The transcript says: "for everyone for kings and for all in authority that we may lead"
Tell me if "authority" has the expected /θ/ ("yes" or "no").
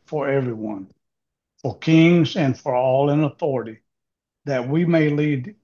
yes